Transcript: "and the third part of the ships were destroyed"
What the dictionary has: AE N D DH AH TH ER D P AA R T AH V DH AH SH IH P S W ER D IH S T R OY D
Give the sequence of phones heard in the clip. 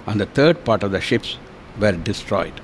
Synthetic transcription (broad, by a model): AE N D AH T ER D P AA R T AH V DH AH SH IH P S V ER D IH S T R OY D